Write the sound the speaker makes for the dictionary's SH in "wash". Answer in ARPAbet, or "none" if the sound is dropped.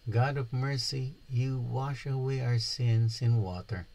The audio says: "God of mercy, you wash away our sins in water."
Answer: SH